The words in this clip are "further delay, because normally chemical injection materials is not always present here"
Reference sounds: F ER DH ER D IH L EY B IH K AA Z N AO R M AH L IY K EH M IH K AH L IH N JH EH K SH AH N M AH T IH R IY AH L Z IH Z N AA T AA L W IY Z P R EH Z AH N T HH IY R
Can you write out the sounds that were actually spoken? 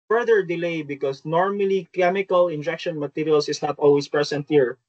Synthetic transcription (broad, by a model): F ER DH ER D IH L EY B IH K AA S N AO R M AH L IY K EH M IH K AH L IH N JH EH K SH AH N M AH T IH R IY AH L S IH S N AA T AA L W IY S P R EH S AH N T HH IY R